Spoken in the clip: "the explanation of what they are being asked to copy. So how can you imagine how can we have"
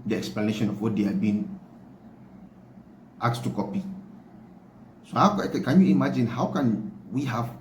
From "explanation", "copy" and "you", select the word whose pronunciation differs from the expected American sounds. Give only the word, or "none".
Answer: none